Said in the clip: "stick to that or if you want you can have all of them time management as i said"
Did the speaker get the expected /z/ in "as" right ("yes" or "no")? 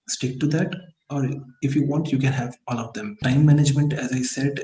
yes